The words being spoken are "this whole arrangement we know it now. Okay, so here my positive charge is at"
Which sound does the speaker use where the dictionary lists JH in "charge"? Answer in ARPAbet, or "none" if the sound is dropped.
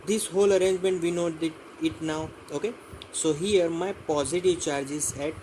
JH